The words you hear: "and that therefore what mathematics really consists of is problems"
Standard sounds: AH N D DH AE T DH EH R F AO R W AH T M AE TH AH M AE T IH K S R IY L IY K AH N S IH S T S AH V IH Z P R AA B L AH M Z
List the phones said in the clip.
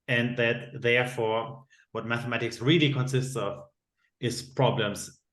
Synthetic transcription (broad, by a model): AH N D DH AE T DH EH R F AO R W AH T M AE TH AH M AE T IH K S R IY L IY K AH N S IH S T S AH V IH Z P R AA B L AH M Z